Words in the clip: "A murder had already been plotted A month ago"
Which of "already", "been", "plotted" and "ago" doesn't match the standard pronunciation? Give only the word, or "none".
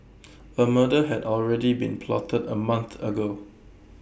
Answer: none